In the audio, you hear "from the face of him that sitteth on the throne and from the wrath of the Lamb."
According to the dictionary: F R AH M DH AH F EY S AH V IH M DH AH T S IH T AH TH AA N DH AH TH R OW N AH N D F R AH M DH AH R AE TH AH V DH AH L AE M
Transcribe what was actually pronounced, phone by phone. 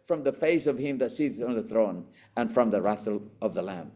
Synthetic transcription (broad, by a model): F R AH M DH AH F EY S AH V IH M DH AH T S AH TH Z N DH AH TH R OW N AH N F R AH M DH AH R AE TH AH V DH AH L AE M